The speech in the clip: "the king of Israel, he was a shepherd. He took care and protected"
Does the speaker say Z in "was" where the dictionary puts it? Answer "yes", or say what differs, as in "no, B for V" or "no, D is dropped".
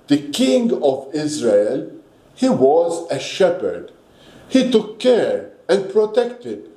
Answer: yes